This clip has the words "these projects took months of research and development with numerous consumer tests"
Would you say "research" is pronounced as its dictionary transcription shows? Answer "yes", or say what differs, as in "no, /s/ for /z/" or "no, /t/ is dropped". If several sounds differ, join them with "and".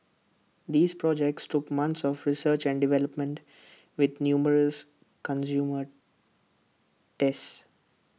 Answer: yes